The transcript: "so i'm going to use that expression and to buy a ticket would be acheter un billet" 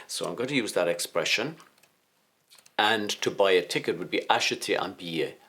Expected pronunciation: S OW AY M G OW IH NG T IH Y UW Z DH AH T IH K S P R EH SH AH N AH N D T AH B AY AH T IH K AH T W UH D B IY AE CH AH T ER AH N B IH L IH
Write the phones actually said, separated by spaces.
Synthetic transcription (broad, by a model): S OW AY M G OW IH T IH Y UW Z DH AH T IH K S P R EH SH AH N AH N T AH B AY AH T IH K AH T W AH D B IY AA SH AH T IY AH N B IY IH